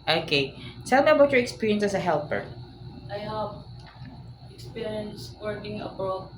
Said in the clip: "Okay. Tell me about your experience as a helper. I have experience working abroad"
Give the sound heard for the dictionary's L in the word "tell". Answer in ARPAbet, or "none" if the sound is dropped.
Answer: L